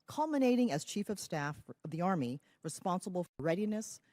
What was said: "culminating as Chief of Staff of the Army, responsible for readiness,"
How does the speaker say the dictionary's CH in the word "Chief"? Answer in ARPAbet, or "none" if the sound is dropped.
CH